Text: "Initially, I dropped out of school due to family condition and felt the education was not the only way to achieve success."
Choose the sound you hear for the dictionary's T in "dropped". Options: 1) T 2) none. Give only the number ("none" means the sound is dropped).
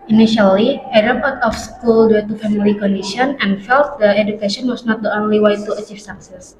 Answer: 2